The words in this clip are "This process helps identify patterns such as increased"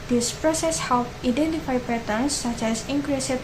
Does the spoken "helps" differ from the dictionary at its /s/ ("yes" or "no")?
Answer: yes